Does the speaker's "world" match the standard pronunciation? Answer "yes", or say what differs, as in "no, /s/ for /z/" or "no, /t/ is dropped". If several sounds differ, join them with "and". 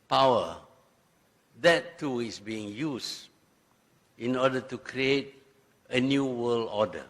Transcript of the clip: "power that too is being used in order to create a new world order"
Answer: no, /d/ is dropped